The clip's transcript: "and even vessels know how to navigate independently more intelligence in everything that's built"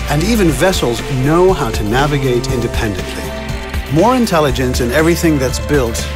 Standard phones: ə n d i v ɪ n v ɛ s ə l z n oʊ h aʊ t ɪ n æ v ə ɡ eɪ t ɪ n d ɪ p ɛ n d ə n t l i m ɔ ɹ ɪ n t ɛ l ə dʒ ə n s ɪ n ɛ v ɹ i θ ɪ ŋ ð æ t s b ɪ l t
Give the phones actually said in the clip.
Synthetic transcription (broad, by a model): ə n i v ɪ n v ɛ s l z n oʊ h aʊ t ɪ n æ v ə ɡ eɪ t ɪ n d ɪ p ɛ n d ə n t l i m ɔ ɹ ɪ n t ɛ l ə dʒ ə n s ɪ n ɛ v ɹ i θ ɪ ŋ ð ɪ t s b ɪ l t